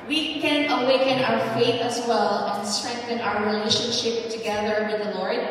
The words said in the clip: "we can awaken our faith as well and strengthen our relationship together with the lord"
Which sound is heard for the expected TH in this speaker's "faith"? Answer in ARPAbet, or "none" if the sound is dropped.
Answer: TH